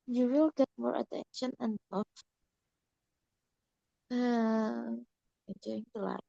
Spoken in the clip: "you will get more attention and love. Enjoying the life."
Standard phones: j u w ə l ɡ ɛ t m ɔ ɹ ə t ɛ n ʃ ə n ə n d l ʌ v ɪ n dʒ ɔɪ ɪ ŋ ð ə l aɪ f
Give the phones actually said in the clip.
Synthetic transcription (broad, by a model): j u w ə l ɡ ɛ t m ɔ ɹ ə t ɛ n ʃ ə n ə n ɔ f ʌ ɪ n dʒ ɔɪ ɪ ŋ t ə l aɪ